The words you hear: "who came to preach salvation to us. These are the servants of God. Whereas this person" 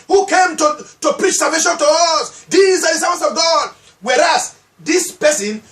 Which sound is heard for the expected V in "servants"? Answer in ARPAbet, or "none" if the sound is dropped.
none